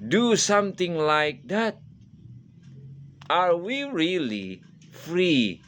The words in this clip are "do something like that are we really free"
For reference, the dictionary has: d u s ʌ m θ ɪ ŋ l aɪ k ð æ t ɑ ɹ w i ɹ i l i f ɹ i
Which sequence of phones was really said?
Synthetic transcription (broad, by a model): d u s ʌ m t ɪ ŋ l aɪ k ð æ t ɑ ɹ w i ɹ i l i f ɹ i